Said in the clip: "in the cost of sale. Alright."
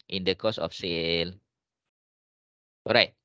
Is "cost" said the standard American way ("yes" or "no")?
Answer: no